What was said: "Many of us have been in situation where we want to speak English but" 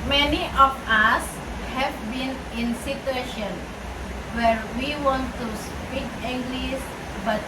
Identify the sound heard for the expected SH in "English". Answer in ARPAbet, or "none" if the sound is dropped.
S